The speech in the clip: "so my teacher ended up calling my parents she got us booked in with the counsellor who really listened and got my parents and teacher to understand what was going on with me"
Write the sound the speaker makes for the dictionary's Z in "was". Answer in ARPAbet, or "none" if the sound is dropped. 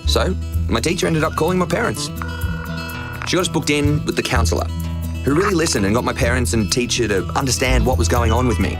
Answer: Z